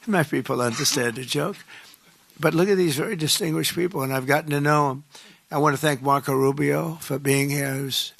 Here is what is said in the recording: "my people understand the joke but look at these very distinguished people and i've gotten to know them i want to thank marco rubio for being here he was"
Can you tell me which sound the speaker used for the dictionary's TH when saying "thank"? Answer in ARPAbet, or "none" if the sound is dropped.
TH